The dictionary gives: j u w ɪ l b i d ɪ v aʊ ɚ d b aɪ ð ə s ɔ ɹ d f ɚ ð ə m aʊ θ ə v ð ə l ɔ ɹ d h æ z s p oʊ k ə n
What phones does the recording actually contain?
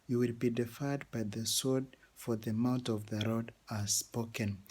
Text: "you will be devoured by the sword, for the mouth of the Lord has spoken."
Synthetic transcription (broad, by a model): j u w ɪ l b i d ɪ f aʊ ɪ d b aɪ ð ə s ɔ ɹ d f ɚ ð ə m aʊ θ ə v ð ə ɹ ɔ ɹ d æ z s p oʊ k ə n